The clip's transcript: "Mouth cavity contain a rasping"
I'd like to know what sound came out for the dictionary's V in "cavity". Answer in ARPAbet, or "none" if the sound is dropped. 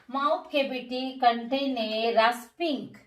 B